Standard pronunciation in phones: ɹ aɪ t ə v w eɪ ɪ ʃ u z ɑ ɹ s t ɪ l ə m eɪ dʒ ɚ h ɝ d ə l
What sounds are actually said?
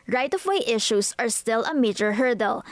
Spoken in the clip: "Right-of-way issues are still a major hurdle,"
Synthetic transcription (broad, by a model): ɹ aɪ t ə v w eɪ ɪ ʃ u s ɑ ɹ s t ɪ l ə m eɪ dʒ ɚ h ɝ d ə l